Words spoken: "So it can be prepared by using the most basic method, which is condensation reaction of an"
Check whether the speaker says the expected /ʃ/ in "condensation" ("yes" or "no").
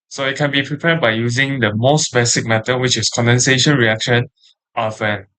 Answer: yes